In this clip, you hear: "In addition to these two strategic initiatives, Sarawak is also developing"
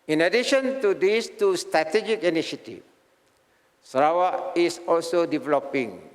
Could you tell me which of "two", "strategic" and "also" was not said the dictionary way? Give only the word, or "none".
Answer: none